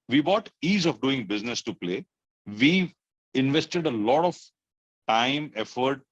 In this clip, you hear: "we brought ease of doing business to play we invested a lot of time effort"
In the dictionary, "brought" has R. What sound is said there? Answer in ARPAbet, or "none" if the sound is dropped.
none